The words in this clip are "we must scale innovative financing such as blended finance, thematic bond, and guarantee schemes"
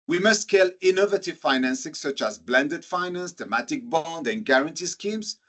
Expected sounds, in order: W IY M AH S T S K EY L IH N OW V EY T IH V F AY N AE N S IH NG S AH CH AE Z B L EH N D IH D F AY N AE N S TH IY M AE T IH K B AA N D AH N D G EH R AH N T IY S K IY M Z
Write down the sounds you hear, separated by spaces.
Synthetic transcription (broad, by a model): W IY M AH S T K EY L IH N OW V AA T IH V F AY N AE N S IH NG S AH CH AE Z B L EH N D IH D F AY N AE N S T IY M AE T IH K B AA N D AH N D G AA R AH N T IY S K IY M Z